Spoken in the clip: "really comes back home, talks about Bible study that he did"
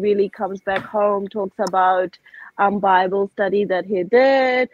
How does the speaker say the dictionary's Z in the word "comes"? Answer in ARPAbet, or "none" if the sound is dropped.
Z